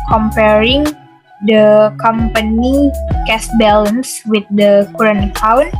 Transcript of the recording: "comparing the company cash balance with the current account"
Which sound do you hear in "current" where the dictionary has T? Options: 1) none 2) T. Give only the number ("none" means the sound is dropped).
1